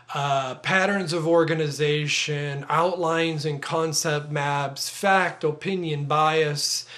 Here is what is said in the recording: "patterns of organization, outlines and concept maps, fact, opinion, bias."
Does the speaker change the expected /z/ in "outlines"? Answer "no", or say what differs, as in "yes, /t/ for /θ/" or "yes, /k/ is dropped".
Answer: no